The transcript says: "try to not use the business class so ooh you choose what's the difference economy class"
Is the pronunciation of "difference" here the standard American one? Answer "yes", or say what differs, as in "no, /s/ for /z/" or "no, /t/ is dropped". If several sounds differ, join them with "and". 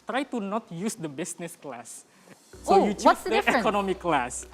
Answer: no, /ɹ/ is dropped